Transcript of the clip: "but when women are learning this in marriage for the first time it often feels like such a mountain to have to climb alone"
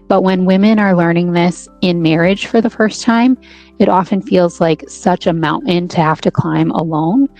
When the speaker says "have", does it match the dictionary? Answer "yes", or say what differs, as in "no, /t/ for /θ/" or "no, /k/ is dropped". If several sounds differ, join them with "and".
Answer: no, /f/ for /v/